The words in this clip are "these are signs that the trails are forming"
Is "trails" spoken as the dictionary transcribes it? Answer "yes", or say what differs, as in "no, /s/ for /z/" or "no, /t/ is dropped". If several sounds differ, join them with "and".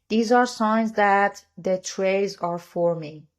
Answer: no, /l/ is dropped